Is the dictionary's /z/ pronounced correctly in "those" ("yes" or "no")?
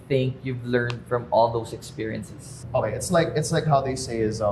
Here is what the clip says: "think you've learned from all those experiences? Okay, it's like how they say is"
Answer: no